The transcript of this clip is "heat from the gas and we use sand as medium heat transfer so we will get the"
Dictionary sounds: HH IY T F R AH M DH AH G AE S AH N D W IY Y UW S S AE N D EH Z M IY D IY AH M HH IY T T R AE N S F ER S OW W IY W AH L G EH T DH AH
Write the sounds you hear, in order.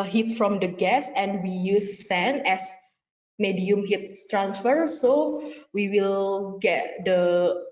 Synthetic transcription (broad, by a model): HH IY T F R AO M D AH G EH S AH N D W IY Y UW S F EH N EH S M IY D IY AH M HH IY T T R AE N S F ER S OW W IY W AH L G EH T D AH